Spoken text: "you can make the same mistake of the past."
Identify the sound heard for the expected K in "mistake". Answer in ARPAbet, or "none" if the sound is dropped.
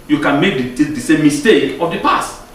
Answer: K